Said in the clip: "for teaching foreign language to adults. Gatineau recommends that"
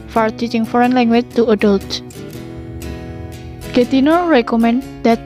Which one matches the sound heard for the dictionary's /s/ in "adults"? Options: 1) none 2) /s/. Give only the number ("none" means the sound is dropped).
1